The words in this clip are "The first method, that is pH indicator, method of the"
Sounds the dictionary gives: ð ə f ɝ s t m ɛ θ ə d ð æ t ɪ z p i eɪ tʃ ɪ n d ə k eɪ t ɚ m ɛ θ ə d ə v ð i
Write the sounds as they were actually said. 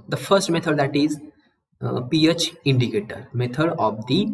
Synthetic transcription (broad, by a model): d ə f ɝ s t m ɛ t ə d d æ t ɪ z p i eɪ tʃ ɪ n d ə k eɪ t ɚ m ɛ t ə d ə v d i